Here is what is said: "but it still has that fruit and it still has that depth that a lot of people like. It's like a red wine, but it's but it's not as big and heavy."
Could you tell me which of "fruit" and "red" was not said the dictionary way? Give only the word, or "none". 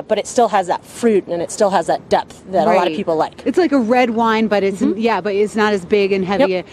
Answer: none